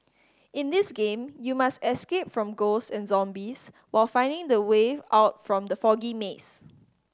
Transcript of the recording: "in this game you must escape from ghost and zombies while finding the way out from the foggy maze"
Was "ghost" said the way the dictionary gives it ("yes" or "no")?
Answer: no